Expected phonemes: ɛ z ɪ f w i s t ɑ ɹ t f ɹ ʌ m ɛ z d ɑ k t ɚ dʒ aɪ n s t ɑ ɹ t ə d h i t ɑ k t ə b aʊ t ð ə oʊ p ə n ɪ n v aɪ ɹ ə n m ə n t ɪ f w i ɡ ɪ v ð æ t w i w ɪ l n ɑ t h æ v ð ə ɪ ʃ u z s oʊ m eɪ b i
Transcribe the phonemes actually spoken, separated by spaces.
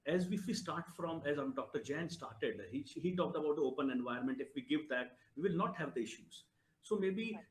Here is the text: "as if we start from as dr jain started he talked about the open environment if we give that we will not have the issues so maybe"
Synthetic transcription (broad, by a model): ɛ z ɪ f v i s t ɑ ɹ t f ɹ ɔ m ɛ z d ɑ k t ɚ dʒ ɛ n s t ɑ ɹ t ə d h i t ɑ k t ə b aʊ t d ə oʊ p ə n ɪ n v aɪ ə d m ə n t ɪ f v i ɡ ɪ v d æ t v i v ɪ l n ɑ t h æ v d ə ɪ ʃ u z s oʊ m eɪ b i